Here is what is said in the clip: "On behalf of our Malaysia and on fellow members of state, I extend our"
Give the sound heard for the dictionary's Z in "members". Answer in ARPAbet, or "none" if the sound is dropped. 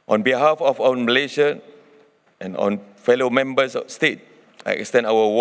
S